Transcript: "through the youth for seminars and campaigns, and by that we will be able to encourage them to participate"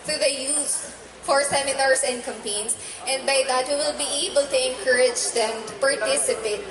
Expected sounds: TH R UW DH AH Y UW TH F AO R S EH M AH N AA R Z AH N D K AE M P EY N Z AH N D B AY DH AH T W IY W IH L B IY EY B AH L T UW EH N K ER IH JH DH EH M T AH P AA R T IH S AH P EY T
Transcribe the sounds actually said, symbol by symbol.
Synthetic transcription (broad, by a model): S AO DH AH Y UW S F AO R S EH M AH N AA R S AH N D K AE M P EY N S AH N D B AY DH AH T W IY W IH L B IY EY B AH L T UW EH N K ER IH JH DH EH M T AH P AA R T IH S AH P EY T